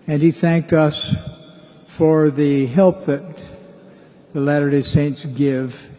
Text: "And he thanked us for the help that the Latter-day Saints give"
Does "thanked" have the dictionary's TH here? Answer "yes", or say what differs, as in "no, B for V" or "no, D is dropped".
yes